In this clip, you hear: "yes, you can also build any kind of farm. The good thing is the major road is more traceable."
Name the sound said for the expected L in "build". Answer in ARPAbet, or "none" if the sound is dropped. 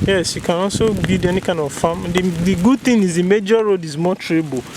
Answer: none